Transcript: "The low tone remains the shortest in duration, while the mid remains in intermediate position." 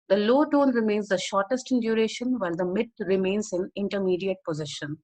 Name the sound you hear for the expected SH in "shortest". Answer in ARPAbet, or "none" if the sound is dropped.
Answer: SH